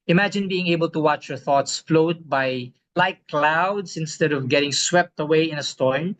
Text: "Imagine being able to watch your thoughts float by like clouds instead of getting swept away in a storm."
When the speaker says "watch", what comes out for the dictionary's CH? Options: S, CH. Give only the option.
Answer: CH